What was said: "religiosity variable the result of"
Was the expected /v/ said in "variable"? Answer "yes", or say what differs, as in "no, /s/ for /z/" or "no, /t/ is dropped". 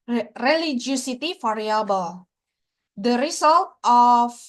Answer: no, /f/ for /v/